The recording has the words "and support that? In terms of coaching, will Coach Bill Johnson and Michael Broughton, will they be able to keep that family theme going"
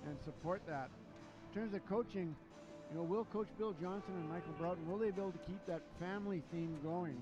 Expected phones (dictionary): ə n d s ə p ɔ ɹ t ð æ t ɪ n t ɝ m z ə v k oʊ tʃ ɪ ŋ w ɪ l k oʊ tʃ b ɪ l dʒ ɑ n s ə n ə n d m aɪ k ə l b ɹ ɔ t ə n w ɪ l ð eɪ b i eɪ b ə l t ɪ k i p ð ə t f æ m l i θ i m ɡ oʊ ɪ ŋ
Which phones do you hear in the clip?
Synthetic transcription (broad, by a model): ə n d s ə p ɔ ɹ t ð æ t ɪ n t ɝ m z ə v k oʊ tʃ ɪ ŋ w ɪ l k oʊ tʃ b ɪ l dʒ ɑ n s ə n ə n m aɪ k l b ɹ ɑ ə n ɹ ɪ l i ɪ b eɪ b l t ɪ k i p ð ə t f æ m l i θ i m ɡ oʊ ɪ ŋ